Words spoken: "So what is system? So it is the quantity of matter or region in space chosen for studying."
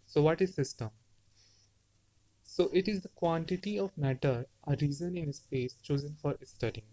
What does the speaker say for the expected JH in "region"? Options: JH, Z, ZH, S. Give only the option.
Z